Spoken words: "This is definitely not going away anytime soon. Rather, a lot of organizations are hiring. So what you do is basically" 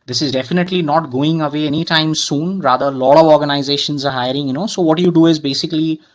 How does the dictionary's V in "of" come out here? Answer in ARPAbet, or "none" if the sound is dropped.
V